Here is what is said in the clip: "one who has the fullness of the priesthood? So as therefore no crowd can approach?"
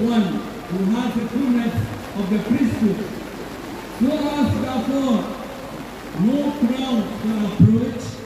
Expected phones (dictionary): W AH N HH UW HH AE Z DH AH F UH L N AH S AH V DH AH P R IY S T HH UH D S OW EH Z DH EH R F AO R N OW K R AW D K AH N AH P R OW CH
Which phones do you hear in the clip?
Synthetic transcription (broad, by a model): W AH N HH UW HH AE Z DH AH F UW N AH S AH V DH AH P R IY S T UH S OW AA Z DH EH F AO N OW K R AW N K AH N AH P R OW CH